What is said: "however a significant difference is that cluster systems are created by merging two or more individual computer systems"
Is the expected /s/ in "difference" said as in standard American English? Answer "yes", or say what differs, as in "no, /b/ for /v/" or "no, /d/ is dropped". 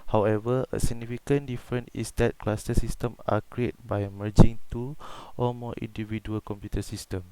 no, /s/ is dropped